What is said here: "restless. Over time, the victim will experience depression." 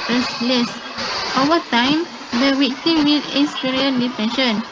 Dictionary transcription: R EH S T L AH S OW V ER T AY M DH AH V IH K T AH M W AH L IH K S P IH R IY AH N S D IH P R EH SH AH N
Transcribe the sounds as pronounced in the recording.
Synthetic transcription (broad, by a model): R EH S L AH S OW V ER T AY M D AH W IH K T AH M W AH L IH S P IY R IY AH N D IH P R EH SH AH N